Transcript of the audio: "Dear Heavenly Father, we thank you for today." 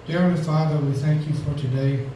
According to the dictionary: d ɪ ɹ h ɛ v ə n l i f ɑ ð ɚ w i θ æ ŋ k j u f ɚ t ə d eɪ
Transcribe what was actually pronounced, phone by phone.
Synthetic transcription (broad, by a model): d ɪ ɹ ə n f ɑ ð ɚ w i θ æ ŋ k j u f ɚ t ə d eɪ